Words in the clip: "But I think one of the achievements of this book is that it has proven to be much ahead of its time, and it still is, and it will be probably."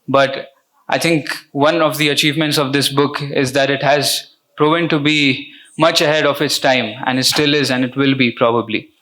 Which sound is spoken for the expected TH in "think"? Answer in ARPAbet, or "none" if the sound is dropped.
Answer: T